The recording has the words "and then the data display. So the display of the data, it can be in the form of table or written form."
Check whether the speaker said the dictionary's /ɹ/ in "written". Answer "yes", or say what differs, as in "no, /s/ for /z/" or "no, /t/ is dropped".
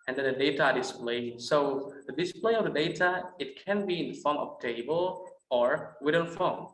no, /w/ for /ɹ/